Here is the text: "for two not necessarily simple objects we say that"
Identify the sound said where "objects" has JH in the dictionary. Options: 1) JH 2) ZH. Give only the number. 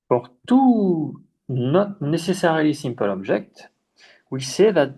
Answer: 2